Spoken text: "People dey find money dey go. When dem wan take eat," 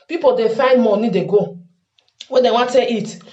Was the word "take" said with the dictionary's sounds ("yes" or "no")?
no